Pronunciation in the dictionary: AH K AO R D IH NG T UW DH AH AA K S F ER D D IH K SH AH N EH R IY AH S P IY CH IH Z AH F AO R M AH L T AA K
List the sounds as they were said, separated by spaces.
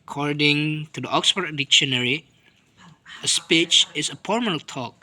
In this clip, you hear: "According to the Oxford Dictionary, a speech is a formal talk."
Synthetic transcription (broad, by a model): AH K AO R D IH NG T UW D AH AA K S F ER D D IH K SH AH N EH R IY AH S P IY CH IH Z AH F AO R M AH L T AA K